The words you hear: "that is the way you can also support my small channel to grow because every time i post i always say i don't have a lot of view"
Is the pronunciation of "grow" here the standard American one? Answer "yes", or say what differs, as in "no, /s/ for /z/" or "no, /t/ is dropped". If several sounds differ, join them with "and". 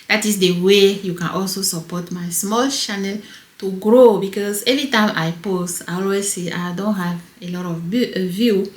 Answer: yes